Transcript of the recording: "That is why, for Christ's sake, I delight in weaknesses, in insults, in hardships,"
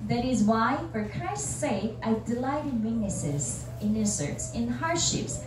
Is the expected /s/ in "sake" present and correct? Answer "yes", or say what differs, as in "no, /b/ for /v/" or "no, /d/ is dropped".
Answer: yes